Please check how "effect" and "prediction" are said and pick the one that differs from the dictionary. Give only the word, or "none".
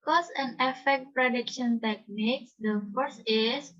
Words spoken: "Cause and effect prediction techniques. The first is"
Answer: none